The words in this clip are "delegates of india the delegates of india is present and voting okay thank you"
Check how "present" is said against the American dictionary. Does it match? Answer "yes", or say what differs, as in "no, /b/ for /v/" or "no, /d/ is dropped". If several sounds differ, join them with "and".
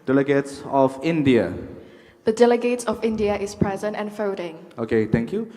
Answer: yes